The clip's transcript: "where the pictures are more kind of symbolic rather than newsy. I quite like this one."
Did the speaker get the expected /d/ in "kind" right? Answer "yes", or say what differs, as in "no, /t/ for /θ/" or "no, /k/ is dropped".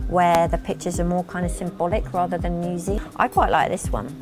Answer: yes